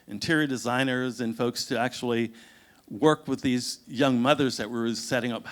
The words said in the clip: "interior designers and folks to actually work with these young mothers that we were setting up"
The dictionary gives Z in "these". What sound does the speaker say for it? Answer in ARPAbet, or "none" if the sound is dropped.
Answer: Z